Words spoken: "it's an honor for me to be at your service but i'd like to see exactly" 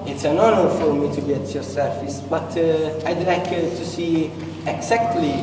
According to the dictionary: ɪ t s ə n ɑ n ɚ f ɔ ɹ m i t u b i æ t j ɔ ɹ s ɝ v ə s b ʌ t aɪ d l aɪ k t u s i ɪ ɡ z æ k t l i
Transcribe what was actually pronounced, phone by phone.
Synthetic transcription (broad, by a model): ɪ t s ə n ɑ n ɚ f ɔ ɹ m i t u b i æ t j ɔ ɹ s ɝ f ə s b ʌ t aɪ d l aɪ k t u s i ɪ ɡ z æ k t l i